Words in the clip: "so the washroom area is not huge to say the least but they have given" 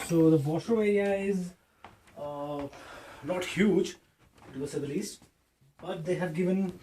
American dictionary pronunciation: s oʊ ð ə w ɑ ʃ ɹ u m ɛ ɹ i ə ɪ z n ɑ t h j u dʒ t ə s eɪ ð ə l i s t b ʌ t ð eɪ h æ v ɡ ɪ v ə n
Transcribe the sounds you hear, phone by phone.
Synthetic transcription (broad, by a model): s oʊ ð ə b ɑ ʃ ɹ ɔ ɛ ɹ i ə ɪ z n ɑ t h j u dʒ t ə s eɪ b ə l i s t b ʌ t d eɪ h æ v ɡ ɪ v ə n